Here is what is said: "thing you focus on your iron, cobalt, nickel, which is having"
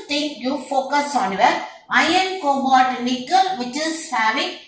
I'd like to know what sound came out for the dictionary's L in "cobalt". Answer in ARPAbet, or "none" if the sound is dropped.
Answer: none